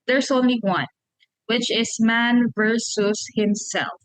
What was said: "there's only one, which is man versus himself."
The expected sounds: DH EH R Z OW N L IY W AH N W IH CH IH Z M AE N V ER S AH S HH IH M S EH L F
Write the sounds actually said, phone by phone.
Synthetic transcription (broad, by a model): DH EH R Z OW N L IY W AH N W IH CH IH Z M AE N V ER S AH S HH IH M S EH L F